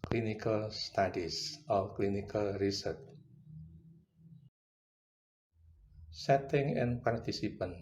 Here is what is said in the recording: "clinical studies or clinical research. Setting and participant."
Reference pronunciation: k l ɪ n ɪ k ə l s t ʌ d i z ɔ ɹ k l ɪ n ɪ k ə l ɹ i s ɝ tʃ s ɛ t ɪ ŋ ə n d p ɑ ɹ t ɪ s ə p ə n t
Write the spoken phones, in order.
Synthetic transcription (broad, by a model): k l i n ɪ k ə l s t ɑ d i s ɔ l k l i n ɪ k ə l ɹ i s ɝ tʃ s ɛ t ɪ ŋ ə n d p ɑ ɹ t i s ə p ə n